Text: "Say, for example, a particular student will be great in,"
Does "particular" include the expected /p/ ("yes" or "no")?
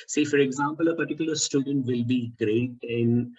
yes